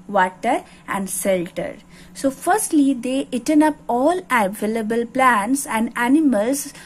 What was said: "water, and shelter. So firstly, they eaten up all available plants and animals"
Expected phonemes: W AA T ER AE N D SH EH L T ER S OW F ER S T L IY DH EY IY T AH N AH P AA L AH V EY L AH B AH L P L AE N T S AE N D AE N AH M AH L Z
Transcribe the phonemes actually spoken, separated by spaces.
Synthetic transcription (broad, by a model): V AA T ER AE N D S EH L T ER S OW F ER S T L IY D EY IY T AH N AH P AA L AH V EY L AH B AH L P L AE N T S AE N D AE N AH M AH L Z